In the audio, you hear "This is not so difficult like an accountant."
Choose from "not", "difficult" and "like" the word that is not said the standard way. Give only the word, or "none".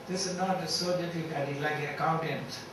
difficult